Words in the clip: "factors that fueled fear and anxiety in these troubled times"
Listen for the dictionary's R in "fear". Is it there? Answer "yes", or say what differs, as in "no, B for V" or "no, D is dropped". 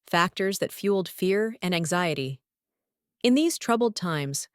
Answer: yes